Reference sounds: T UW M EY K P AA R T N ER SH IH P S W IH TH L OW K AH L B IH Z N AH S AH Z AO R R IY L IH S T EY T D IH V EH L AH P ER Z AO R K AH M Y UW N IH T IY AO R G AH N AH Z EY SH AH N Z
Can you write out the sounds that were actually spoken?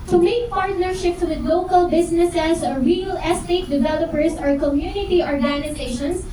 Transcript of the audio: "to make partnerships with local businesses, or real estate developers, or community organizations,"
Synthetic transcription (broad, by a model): T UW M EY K P AA R T N ER SH IH P S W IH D L OW K AH L B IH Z N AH S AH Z AO R R IY L IH S T EY T D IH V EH L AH P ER S AO R K AH M Y UW N IH T IY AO R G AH N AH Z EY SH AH N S